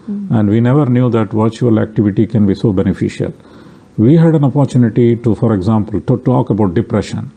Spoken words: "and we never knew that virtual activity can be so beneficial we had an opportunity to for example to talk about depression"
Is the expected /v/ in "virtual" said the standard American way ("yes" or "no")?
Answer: yes